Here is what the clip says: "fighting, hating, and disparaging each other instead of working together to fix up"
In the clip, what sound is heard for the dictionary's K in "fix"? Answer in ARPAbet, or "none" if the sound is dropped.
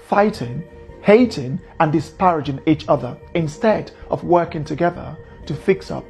K